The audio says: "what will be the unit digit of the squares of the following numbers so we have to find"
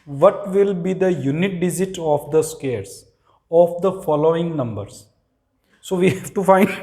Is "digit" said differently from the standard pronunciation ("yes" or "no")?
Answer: yes